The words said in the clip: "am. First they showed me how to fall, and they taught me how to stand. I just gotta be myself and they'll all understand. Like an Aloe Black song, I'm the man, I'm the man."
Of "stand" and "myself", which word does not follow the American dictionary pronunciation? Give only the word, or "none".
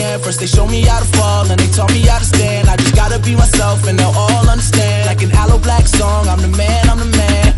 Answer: none